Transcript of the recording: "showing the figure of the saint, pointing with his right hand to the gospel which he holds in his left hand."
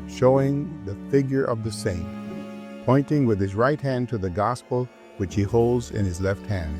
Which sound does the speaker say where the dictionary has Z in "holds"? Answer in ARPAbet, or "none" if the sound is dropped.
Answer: Z